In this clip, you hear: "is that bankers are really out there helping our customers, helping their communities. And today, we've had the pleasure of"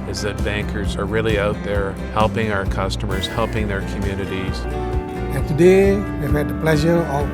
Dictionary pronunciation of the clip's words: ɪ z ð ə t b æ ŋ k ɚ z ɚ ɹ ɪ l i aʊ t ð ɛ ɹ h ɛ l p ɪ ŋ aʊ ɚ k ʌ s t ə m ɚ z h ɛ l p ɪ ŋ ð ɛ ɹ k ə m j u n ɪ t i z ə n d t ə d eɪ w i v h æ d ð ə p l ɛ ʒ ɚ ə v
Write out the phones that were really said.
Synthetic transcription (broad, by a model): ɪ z ð ə t b æ ŋ k ɚ z ɚ ɹ ɪ l i aʊ t ð ɛ ɹ h ɛ l p ɪ ŋ aʊ ɚ k ʌ s t ə m ɚ z h ɛ l p ɪ ŋ ð ɛ ɹ k ə m j u n ɪ t i z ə n t ə d eɪ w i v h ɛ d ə p l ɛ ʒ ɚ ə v